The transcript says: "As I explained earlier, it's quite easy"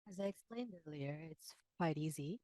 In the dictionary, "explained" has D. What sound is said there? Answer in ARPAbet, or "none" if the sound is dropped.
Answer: D